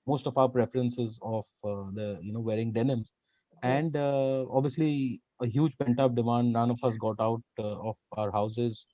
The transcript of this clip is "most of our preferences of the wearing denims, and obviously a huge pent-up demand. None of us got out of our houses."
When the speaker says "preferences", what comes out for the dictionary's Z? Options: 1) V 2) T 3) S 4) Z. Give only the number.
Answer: 4